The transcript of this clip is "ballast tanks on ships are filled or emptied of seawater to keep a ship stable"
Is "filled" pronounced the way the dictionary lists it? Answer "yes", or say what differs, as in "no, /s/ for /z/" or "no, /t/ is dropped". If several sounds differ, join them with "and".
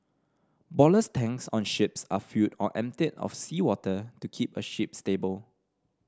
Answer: no, /l/ is dropped